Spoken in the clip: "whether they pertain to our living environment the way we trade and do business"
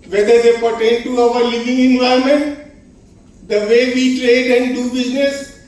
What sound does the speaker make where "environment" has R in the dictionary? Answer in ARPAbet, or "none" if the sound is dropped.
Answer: none